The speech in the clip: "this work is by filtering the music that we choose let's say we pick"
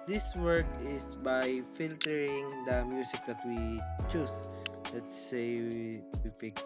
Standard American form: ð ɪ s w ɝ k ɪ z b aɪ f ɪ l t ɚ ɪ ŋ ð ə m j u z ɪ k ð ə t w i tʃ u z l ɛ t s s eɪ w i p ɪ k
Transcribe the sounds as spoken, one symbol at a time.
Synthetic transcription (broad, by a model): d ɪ s w ɝ k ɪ s b aɪ f ɪ l t ɚ ɪ ŋ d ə m j u s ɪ k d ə t w i tʃ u s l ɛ t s s eɪ w i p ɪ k